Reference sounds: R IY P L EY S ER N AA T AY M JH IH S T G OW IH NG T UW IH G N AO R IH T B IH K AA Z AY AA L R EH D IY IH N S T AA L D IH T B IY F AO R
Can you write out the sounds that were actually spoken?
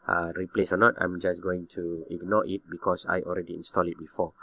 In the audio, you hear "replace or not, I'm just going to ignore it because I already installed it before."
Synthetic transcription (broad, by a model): R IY P L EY S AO N AA T AY M JH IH S G OW IH NG T UW IH G N AO R IH T B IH K AA S AY AA L R EH D IY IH N S T AA L IH T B IY F AO